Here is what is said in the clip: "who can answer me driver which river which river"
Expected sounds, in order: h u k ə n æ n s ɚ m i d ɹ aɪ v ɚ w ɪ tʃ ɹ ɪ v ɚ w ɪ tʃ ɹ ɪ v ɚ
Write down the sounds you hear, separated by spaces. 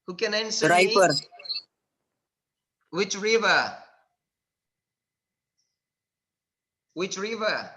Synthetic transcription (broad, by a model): h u k ə n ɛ n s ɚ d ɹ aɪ f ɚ w ɪ tʃ ɹ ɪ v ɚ w ɪ tʃ ɹ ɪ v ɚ